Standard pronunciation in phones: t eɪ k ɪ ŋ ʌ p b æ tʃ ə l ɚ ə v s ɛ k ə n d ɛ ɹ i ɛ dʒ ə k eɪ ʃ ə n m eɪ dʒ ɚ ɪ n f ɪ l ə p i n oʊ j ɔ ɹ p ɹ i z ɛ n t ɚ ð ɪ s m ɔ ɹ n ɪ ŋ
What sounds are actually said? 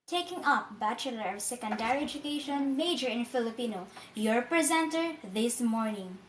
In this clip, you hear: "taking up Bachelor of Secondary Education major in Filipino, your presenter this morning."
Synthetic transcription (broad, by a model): t eɪ k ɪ ŋ ʌ p b æ tʃ ə l ɚ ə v s ɛ k ə n d ɛ ɹ i ɛ dʒ ə k eɪ ʃ ə n m eɪ dʒ ɚ ɪ n f ɪ l ə p i n oʊ j ɔ ɹ p ɹ i z ɛ n t ɚ ð ɪ s m ɔ ɹ n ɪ ŋ